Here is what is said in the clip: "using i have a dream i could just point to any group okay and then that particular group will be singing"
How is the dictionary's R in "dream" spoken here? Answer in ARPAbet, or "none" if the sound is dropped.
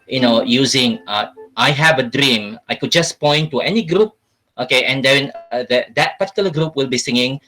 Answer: R